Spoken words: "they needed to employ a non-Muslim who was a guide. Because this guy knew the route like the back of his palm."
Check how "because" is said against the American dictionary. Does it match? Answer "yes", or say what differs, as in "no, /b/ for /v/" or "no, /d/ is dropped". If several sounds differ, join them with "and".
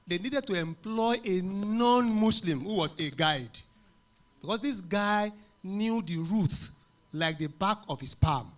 no, /s/ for /z/